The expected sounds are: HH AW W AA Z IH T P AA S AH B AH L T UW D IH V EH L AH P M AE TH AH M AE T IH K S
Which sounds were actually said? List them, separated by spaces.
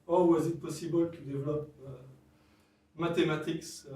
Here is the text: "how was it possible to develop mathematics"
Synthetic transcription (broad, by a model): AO W AA Z IH T P AA S AH B AH L T UW D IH V L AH P M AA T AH M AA T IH K S